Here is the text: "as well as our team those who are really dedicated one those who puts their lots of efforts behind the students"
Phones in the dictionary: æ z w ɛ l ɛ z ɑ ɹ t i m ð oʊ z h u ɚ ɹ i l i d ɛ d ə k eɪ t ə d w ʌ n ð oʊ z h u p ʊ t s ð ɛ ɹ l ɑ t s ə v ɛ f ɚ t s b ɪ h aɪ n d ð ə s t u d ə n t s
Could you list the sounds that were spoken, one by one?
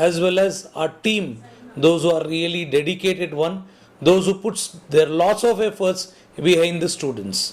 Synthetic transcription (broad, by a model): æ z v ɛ l ɛ z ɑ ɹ t i m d oʊ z h u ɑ ɹ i l i d ɛ d ə k eɪ t ə d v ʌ n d oʊ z h u p ʊ t s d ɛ ɹ l ɑ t s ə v ɛ f ɚ t s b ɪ h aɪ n d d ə s t u d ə n t s